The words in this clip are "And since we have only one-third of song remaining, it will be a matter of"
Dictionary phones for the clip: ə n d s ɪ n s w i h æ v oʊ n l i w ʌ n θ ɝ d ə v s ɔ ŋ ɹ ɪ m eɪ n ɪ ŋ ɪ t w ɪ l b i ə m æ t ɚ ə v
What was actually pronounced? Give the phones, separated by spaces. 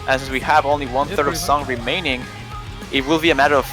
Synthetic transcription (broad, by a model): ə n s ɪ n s w i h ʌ v oʊ n l i w ʌ n θ ɝ d ə v s ɔ ŋ ɹ ɪ m eɪ n ɪ ŋ ɪ t w ɪ l b i ə m æ t ɚ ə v